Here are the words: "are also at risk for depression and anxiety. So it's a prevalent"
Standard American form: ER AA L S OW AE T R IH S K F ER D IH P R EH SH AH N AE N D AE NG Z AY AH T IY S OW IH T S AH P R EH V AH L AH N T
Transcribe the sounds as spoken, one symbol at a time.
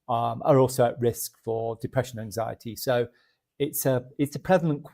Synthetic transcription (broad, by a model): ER AA L S OW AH T R IH S K F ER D IH P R EH SH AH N N AE NG Z AY AH T IY S OW IH T S AH P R EH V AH L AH N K